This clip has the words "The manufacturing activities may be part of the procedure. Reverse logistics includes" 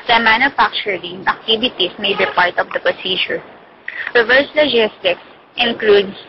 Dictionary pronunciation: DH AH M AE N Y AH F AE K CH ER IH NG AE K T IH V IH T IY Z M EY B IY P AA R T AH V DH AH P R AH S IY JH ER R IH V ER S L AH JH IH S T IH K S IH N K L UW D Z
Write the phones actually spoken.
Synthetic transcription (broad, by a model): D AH M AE N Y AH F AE K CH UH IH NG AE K T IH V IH T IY S M EY B IY P AA R T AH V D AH P R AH S IY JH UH R IH V ER S L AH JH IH S T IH K S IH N K L UW D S